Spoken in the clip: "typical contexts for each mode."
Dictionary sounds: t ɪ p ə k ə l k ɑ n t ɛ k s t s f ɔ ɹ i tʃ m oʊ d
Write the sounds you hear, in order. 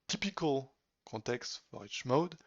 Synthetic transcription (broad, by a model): t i p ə k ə l k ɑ t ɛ k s s f ɔ ɹ i tʃ m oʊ d